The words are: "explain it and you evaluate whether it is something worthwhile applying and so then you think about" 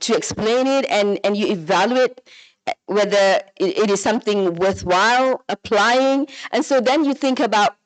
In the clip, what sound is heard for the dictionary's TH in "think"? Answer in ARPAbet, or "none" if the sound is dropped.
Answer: TH